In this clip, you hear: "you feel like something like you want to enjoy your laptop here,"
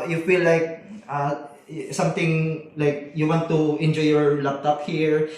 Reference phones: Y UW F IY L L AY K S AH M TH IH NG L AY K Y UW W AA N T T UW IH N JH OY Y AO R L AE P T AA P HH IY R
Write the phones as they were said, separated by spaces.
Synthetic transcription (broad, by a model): Y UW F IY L L AY K S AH M T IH NG L AY K Y UW W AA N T T UW IH N JH OY Y AO R L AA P T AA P HH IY R